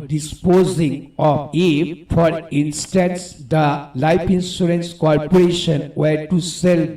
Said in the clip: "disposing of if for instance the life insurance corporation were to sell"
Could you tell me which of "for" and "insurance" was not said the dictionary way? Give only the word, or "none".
insurance